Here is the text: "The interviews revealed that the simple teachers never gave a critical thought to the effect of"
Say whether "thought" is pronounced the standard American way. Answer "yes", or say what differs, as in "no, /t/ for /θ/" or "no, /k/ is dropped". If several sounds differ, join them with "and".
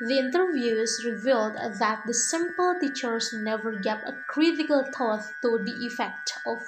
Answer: no, /t/ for /θ/